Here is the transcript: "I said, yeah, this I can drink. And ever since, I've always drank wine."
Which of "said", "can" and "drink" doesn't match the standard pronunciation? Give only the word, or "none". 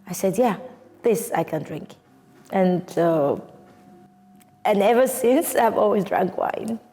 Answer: none